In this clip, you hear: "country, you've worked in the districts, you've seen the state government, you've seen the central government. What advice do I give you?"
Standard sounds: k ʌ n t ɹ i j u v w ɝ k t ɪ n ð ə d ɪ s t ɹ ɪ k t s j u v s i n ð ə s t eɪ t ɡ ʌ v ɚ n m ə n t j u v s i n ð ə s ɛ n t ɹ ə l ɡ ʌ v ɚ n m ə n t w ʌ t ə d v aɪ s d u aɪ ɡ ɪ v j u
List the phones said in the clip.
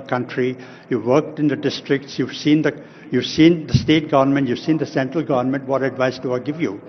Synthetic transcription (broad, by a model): k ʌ n t ɹ i j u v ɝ k t ɪ n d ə d ɪ s t ɹ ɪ k t s j u v s i n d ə s t eɪ t ɡ ʌ v ɚ n m ə n t j u v s i n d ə s ɛ n t ɹ ə l ɡ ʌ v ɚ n m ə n t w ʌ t ə d v aɪ s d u aɪ ɡ ɪ v j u